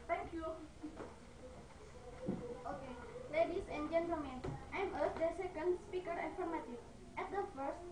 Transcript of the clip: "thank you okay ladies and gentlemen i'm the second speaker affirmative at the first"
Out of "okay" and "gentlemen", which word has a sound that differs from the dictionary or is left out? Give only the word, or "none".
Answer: gentlemen